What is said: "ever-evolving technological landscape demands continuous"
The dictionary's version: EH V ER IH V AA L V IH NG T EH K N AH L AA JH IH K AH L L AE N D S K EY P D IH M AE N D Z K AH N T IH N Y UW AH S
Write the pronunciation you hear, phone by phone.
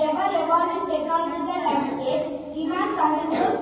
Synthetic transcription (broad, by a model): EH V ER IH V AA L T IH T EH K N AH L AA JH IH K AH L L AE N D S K EY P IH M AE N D K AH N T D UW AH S